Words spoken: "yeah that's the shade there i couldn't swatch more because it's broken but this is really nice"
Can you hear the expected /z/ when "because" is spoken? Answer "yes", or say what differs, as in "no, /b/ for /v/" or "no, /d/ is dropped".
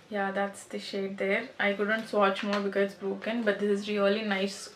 no, /z/ is dropped